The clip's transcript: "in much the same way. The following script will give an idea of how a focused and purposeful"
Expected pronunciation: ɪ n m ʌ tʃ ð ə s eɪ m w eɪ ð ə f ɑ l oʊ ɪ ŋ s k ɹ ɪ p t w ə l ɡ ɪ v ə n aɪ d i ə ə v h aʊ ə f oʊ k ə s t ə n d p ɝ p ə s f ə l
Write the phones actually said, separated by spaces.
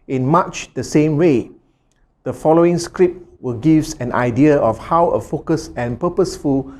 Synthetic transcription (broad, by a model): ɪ n m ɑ tʃ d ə s eɪ m w eɪ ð ə f ɑ l oʊ ɪ ŋ s k ɹ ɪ p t w ə l ɡ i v ə n aɪ d i ə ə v h aʊ ə f oʊ k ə s ə n p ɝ p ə s f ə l